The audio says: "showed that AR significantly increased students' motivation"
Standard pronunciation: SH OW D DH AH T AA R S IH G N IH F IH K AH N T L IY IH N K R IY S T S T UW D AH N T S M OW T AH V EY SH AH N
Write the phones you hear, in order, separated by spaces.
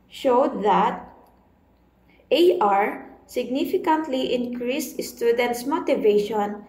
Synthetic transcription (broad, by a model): SH OW D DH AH T AA R S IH G N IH F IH K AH N T L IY IH N K R IY S T S T UW D AH N T S M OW T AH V EY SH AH N